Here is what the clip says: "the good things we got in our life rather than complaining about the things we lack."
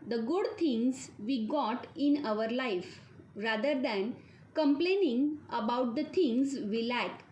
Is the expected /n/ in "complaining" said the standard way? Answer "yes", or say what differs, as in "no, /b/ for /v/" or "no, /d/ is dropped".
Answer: yes